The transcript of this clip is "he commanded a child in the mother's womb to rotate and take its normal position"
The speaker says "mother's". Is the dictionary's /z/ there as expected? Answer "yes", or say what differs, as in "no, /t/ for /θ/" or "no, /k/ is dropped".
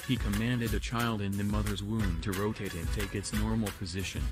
yes